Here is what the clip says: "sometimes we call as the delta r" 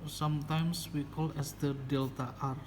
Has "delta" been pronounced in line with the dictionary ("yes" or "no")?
yes